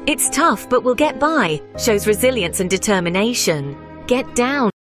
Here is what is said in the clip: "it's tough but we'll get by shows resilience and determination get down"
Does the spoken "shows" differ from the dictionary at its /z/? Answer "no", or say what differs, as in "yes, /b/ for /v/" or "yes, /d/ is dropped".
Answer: no